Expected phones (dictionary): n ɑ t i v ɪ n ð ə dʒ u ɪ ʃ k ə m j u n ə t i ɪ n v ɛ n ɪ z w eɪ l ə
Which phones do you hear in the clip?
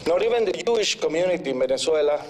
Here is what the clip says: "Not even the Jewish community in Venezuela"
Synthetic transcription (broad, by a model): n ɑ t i b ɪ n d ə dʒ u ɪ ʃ k ə m j u n ə t i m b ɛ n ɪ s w eɪ l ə